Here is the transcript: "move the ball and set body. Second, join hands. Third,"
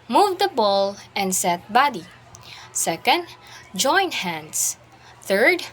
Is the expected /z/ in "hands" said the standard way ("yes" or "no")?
no